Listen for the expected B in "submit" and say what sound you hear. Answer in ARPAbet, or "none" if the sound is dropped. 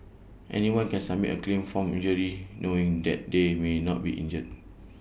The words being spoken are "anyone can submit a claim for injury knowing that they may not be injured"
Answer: none